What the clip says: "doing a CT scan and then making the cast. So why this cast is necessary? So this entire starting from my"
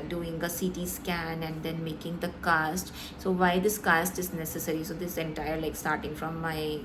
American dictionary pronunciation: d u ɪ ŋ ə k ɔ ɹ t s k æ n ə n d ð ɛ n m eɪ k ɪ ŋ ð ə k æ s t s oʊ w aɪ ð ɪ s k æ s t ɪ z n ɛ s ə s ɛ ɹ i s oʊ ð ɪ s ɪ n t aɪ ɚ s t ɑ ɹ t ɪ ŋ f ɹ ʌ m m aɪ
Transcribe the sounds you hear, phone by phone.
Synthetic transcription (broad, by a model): d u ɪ ŋ ə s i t s k æ n ə n d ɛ n m eɪ k ɪ ŋ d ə k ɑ s t s oʊ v aɪ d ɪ s k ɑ s t ɪ z n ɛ s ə s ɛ ɹ i s oʊ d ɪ s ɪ n t aɪ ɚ s t ɑ ɹ t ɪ ŋ f ɹ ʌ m m aɪ